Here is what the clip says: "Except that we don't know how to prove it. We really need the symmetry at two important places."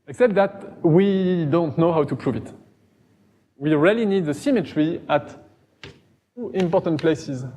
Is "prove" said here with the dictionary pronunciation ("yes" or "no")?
yes